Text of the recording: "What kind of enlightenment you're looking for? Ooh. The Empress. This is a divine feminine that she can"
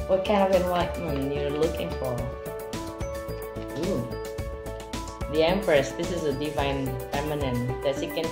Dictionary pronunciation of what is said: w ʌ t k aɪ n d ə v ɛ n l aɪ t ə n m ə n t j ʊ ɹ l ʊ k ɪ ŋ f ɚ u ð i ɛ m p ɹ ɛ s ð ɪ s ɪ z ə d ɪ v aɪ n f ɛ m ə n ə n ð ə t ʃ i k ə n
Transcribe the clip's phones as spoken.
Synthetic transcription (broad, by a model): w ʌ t k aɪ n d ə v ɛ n w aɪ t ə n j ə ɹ l ʊ k ɪ ŋ f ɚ u ð i ɛ m p ɹ ɛ s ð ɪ s ɪ z ə d ɪ v aɪ n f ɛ m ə n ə n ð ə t s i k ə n